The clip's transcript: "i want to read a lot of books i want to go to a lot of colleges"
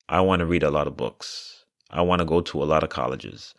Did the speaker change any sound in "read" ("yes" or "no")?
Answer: no